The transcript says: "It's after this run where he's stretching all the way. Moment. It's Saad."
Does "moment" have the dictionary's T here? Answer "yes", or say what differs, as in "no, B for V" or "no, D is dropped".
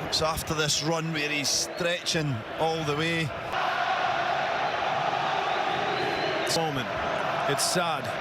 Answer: no, T is dropped